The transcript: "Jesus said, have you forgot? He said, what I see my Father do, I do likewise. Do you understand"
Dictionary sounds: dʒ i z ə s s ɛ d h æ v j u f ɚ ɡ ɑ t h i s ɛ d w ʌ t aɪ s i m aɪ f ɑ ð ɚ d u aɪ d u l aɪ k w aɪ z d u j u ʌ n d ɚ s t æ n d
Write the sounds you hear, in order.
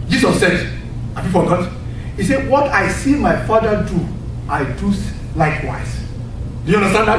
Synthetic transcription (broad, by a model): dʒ i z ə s s ɛ d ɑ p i p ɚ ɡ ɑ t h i s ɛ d w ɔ t aɪ s i m aɪ f ɑ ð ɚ d u aɪ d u l aɪ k w aɪ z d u j u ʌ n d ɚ s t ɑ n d